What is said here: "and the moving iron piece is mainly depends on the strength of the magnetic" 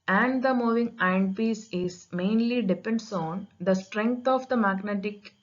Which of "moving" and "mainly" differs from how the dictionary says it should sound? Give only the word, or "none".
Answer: none